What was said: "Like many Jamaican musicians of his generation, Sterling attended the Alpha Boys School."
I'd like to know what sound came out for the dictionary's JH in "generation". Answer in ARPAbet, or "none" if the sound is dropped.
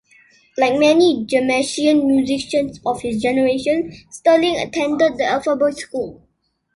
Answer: JH